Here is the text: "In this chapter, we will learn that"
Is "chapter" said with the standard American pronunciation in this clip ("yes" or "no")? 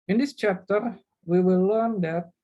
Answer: yes